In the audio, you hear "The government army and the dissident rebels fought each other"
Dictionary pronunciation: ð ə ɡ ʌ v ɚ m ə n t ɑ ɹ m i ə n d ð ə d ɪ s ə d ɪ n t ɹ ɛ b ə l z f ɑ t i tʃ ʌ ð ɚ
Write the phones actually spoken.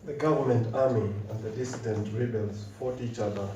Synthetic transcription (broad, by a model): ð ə ɡ ʌ v ɚ m ə n t ɑ ɹ m i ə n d ð ə d ɪ s ə d ɪ n t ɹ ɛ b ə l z f ɑ t i tʃ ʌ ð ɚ